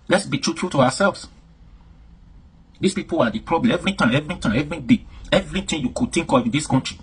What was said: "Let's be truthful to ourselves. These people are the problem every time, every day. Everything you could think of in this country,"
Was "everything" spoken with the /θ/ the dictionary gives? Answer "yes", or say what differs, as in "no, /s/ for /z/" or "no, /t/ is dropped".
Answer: no, /t/ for /θ/